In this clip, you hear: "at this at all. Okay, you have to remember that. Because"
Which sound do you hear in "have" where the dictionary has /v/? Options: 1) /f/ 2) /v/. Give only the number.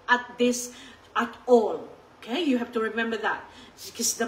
1